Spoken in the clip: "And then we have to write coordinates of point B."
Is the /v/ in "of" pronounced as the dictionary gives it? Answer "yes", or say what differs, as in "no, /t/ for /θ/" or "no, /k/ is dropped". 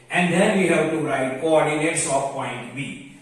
no, /p/ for /v/